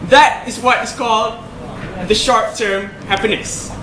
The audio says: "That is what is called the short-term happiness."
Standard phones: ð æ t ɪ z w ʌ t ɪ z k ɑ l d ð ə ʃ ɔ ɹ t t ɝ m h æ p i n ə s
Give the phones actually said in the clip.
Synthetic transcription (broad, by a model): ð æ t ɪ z w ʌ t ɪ s k ɑ l d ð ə ʃ ɔ ɹ t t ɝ m h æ p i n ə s